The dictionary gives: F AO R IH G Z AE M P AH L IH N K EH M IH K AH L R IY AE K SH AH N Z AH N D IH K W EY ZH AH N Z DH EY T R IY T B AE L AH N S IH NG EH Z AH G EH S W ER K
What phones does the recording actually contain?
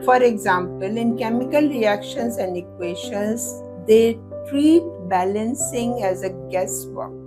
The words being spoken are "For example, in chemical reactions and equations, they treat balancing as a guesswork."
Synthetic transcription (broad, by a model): F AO R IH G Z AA M P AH L IH N K EH M IH K AH L R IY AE K SH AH N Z AH N D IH K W EY SH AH N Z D EY T R IY T B AE L AH N S IH NG EH Z AH G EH S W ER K